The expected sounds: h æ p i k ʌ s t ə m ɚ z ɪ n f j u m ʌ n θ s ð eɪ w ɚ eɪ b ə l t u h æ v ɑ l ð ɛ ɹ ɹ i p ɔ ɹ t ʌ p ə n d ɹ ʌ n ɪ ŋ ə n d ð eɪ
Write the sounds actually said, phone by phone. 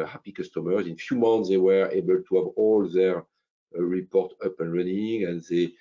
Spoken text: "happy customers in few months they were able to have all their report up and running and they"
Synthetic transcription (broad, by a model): h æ p i k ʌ s t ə m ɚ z ɪ n f j u m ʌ n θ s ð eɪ w ɚ eɪ b ə l t u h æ v ɑ l ð ɛ ɹ ɹ i p ɔ ɹ t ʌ p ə n ɹ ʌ n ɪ ŋ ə n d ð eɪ